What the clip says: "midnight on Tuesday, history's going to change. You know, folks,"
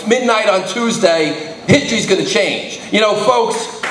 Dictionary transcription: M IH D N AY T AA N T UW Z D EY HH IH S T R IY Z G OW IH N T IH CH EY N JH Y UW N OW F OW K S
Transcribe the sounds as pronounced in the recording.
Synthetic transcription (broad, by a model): M IH D N AY T N T UW Z D EY HH IH S T R IY Z G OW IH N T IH CH EY N JH Y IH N OW F OW K S